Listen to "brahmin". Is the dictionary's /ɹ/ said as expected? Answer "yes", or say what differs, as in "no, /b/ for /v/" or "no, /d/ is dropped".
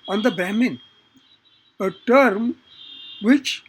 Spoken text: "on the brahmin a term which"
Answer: no, /ɹ/ is dropped